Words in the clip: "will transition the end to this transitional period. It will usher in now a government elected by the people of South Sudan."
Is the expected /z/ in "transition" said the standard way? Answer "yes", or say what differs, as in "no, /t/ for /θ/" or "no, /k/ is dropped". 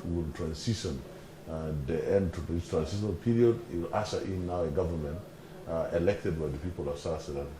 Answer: no, /s/ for /z/